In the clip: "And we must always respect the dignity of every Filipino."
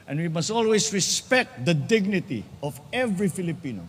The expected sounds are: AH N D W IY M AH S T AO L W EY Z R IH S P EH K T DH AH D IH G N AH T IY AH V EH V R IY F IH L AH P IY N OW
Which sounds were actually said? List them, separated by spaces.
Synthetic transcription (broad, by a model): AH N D W IY M AH S T AO L W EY S R IH S P EH K T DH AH D IH G N AH T IY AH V EH V R IY F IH L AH P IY N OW